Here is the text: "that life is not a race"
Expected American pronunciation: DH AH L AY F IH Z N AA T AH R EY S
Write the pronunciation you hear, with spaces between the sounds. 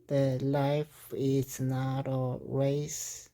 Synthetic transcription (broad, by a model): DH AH L AY F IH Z N AA T AH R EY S